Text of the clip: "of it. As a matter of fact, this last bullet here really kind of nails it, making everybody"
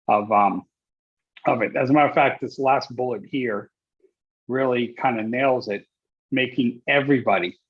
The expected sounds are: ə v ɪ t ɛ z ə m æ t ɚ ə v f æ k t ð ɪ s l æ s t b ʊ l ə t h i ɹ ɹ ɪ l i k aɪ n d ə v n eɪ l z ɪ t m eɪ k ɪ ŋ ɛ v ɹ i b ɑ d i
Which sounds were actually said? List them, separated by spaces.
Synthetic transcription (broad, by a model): ə v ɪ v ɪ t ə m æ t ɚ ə f æ k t ð ɪ s l æ s t b ʊ l ə t h i ɹ ɹ ɪ l i k aɪ n d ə n eɪ l z ɪ t m eɪ k ɪ ŋ ɛ v ɹ i b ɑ d i